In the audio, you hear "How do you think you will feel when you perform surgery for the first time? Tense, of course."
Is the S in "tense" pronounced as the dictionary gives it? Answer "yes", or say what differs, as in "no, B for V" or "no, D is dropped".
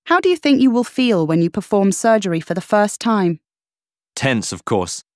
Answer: yes